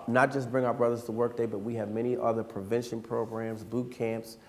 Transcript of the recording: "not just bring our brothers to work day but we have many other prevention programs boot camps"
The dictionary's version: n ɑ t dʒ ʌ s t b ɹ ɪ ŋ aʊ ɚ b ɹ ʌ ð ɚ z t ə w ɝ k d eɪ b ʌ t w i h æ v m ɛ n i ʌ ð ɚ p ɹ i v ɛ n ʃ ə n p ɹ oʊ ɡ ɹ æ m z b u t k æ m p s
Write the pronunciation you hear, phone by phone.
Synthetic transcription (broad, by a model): n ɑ t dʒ ʌ s b ɹ ɪ ŋ aʊ ɚ b ɹ ʌ ð ɚ z t ə w ɝ k d eɪ b ʌ t w i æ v m ɛ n i ʌ ð ɚ p ɹ i v ɛ n ʃ ə n p ɹ oʊ ɡ ɹ æ m z b u t k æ m p s